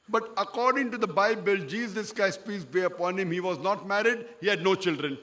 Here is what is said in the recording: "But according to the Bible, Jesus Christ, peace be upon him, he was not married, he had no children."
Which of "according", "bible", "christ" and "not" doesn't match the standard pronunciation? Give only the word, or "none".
christ